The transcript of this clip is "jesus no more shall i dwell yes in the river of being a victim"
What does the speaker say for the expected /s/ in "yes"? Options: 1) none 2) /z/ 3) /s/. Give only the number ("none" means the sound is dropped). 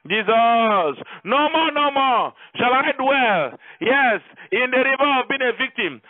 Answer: 3